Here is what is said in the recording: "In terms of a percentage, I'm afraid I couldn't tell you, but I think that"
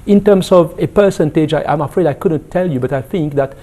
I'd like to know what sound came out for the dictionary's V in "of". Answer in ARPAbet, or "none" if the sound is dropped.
V